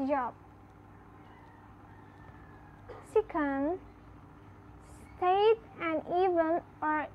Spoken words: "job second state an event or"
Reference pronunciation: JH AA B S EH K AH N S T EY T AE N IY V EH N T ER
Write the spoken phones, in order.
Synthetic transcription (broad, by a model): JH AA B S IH K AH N S T EY T AE N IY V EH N ER